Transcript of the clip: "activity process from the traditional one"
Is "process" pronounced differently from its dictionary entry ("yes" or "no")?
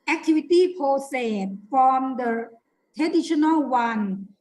yes